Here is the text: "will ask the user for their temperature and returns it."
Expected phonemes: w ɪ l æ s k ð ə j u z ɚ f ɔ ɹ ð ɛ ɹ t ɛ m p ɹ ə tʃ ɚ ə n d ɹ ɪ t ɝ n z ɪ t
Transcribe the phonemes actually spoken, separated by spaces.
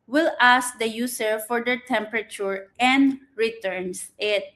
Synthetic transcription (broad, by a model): w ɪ l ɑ s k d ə j u s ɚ f ɔ ɹ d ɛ ɹ t ɛ m p ɹ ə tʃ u ə n d ɹ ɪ t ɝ n s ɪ t